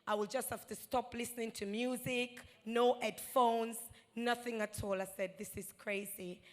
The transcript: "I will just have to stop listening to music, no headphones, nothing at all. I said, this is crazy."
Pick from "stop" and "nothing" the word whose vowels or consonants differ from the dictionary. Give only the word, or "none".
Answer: none